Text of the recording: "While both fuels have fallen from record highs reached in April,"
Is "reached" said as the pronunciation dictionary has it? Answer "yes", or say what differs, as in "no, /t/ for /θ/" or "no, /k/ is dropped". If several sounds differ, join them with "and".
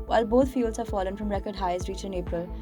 no, /t/ is dropped